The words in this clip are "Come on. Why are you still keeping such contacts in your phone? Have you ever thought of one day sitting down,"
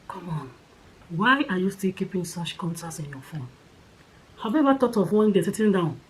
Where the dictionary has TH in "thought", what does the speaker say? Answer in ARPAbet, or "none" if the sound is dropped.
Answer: T